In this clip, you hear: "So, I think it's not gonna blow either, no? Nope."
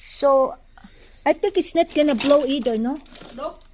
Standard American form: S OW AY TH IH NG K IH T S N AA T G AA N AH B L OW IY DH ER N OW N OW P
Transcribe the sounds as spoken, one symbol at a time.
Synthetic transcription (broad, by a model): S OW AY T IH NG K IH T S N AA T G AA N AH B L OW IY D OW N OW